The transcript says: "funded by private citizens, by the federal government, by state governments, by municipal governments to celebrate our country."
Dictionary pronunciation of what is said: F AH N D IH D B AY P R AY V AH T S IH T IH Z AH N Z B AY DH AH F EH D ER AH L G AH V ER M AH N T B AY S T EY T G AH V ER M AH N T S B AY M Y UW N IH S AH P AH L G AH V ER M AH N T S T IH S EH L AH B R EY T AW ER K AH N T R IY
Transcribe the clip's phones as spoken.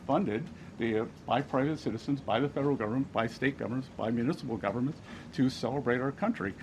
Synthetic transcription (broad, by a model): F AH N D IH D B AY P R AY V AH T S IH T IH Z AH N Z B AY DH AH F EH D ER L G AH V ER M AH N B AY S T EY T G AH V ER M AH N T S B AY M Y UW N IH S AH P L G AH V ER M AH N T S T IH S EH L AH B R EY T AW ER K AH N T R IY